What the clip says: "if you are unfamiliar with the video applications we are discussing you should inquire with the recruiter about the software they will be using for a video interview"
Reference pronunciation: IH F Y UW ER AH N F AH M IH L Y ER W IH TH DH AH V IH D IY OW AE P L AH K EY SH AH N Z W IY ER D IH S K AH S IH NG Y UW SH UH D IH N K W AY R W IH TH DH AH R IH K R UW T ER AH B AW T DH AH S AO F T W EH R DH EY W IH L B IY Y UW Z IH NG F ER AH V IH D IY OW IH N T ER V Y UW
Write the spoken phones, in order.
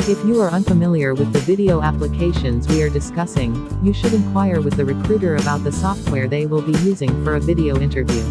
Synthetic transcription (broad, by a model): IH F Y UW ER AH N F AH M IH L Y ER W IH DH AH V IH D IY OW AE P L AH K EY SH AH N Z W IY ER D IH S K AH S IH NG Y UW SH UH D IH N K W AY R W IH DH AH R IH K R UW T ER AH B AW T DH AH S AO F T W EH R DH EY W IH L B IY Y UW Z IH NG F ER AH V IH D IY OW IH N T ER V Y UW